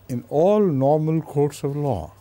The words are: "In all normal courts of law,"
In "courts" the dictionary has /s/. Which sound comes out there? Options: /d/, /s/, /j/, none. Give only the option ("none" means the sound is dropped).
/s/